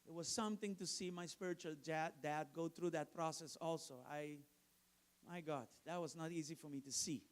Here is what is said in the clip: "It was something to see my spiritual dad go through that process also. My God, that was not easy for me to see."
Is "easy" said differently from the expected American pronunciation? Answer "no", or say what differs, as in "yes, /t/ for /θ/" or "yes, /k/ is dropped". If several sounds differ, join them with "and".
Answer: no